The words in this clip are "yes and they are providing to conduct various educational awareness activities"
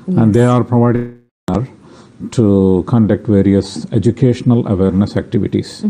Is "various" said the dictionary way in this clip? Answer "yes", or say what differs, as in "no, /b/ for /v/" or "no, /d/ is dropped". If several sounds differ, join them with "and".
yes